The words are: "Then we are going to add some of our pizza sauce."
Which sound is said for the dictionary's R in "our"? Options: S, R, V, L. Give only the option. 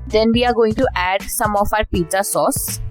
R